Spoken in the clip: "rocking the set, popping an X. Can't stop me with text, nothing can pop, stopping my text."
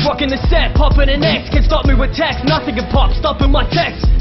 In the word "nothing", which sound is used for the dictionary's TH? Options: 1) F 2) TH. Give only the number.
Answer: 2